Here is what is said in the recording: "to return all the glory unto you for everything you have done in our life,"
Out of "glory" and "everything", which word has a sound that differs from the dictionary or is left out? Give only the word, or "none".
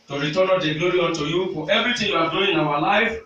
everything